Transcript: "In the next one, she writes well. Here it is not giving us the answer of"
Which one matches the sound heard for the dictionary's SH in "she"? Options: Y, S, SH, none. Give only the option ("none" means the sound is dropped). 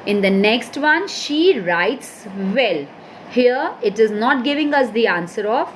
SH